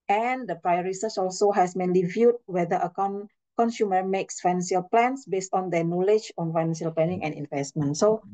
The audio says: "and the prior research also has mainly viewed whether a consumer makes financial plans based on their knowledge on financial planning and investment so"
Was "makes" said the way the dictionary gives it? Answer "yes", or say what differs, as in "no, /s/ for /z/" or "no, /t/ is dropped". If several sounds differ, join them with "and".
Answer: yes